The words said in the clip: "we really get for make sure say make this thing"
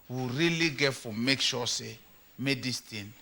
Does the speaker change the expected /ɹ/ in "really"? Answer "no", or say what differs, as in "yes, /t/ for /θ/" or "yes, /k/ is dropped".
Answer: no